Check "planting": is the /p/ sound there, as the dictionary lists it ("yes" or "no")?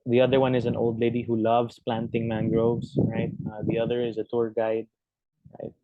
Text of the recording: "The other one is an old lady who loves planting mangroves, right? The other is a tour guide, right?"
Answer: yes